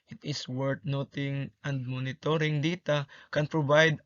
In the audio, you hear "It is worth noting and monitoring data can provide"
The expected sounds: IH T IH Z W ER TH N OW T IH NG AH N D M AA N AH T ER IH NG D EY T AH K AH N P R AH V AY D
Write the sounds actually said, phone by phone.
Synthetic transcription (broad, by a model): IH T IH S W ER T N OW T IH NG AH N D M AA N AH T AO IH NG D EY T AH K AH N P R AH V AY D